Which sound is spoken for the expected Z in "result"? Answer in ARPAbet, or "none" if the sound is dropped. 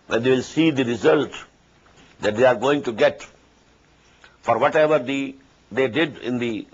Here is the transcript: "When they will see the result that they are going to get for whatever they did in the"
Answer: Z